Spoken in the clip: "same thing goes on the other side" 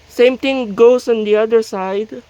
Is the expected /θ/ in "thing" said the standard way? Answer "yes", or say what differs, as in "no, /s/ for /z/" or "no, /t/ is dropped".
no, /t/ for /θ/